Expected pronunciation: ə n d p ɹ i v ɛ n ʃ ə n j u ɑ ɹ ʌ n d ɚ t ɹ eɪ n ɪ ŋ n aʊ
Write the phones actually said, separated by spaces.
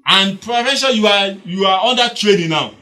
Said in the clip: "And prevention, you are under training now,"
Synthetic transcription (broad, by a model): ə n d p ɹ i f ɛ ʃ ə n j u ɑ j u n d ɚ t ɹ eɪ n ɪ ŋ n aʊ